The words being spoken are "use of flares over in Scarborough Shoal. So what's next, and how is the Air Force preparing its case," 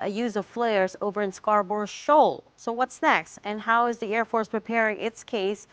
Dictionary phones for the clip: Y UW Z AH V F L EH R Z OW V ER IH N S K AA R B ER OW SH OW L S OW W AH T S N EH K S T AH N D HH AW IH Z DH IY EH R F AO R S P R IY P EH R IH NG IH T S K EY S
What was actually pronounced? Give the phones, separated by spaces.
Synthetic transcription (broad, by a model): Y UW Z AH V F L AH R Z OW V ER IH N S K AA R B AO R SH OW L S OW W AH T S N EH K S T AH N HH AW IH Z DH IY EH R F AO R S P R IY P EH R IH NG IH T S K EY S